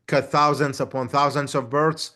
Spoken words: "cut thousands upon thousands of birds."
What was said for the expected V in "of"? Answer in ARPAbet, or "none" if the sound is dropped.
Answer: V